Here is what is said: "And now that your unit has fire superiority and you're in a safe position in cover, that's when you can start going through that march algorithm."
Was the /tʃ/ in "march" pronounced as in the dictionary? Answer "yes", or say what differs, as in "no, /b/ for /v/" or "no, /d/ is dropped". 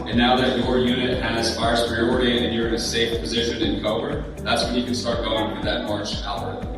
no, /tʃ/ is dropped